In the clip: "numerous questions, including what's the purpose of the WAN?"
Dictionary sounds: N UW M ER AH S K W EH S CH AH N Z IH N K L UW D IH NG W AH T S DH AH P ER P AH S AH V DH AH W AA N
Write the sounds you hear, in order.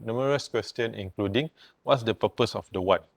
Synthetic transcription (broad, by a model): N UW M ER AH S K W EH S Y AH N IH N K L UW D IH NG W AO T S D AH P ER P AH S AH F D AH W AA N